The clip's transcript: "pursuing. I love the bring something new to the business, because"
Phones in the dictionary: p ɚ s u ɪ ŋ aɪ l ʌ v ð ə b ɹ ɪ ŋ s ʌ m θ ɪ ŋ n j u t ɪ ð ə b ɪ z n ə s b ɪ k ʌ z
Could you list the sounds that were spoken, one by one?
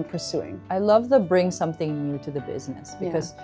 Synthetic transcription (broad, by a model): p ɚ s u ɪ ŋ aɪ l ʌ v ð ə b ɹ ɪ ŋ s ʌ m θ ɪ ŋ n j u t ɪ ð ə b ɪ z n ə s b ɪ k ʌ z